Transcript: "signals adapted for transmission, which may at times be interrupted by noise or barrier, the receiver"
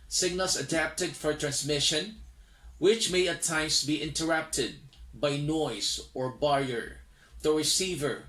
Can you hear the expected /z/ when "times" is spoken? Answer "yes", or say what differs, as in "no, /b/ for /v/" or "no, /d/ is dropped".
no, /s/ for /z/